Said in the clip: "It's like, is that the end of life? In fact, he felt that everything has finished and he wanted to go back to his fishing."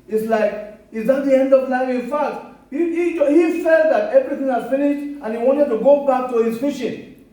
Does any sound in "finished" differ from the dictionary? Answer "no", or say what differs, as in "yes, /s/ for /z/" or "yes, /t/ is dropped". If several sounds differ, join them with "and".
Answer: no